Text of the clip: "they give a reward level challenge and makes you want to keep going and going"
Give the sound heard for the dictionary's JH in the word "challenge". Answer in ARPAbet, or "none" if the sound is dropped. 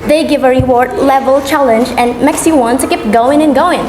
JH